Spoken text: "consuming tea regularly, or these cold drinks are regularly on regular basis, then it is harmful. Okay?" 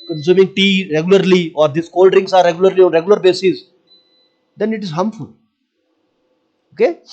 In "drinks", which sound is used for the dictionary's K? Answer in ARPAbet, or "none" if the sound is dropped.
none